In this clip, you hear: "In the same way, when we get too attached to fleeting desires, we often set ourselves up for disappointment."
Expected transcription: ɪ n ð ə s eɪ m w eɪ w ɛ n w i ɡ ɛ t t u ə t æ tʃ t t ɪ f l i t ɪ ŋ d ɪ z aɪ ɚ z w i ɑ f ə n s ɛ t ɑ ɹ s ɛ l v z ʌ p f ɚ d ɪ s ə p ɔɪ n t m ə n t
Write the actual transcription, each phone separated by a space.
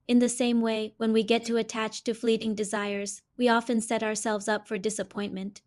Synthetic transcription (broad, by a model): ɪ n ð ə s eɪ m w eɪ w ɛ n w i ɡ ɛ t t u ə t æ tʃ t t ɪ f l i t ɪ ŋ d ɪ z aɪ ɚ z w i ɑ f ə n s ɛ t ɑ ɹ s ɛ l v z ʌ p f ɚ d ɪ s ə p ɔɪ n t m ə n t